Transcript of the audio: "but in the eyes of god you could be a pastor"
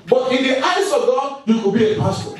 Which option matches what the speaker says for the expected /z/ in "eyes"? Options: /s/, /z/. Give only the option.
/s/